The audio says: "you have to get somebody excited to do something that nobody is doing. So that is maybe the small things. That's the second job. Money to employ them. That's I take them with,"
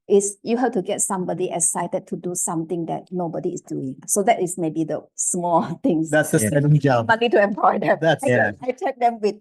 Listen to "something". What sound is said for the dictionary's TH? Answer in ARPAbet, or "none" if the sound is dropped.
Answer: T